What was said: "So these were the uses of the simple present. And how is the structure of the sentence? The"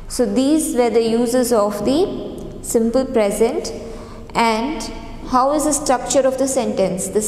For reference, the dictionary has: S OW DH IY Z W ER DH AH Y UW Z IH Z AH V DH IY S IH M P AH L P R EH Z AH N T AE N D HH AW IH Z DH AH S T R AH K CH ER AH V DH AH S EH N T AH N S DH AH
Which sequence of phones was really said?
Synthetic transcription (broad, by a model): S OW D IY Z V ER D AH Y UW Z IH Z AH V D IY S IH M P AH L P R EH Z AH N T AE N D HH AW IH Z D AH S T R AH K CH ER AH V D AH S EH N T AH N S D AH